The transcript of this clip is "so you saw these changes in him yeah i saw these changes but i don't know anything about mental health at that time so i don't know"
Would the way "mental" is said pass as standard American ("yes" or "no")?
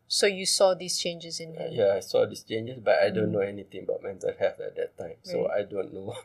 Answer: no